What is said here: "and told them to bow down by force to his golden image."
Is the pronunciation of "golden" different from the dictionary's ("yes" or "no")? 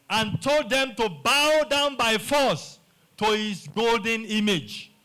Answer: no